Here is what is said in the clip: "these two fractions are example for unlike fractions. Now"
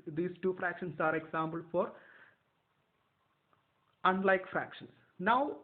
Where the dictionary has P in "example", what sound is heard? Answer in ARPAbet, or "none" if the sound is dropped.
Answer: B